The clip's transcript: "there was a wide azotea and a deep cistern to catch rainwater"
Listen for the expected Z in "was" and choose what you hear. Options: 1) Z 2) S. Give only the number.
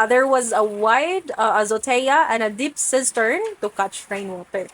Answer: 1